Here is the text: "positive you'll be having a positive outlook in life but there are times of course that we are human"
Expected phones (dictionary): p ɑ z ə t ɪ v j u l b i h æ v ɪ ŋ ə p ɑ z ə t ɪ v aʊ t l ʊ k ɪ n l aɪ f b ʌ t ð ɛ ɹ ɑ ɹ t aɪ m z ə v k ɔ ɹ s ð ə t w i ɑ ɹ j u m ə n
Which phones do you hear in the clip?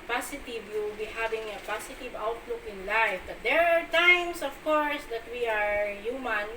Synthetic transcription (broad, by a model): p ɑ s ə t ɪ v j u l b i h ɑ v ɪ ŋ ə p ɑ s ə t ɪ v aʊ t l ʊ k ɪ n l aɪ f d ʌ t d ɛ ɹ ɑ ɹ t aɪ m s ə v k ɔ ɹ s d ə t w i ɑ ɹ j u m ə n